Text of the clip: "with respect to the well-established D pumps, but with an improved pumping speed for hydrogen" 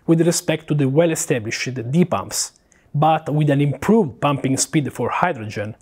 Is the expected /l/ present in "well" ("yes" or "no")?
yes